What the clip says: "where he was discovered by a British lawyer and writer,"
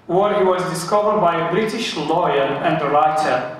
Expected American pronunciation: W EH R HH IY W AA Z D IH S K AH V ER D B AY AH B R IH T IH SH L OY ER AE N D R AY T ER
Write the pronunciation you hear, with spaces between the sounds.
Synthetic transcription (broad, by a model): W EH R HH IY W AA Z D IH S K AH V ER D B AY AH B R IH T IH SH L OY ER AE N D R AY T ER